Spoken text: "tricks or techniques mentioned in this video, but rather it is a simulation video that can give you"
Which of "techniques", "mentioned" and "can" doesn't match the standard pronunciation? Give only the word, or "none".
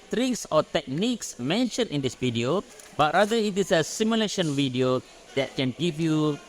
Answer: mentioned